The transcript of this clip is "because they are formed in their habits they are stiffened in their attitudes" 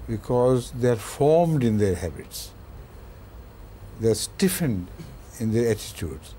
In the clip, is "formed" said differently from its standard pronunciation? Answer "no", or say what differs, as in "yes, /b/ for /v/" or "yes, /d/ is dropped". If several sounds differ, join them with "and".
no